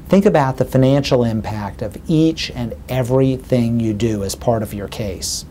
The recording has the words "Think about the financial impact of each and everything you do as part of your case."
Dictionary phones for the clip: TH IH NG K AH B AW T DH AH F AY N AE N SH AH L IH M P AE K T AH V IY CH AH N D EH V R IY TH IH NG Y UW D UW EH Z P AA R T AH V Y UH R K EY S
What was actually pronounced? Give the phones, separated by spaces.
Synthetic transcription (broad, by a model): TH IH NG K AH B AW T DH AH F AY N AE N SH L IH M P AE K T AH V IY CH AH N EH V R IY TH IH NG Y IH D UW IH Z P AA R T AH V Y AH R K EY S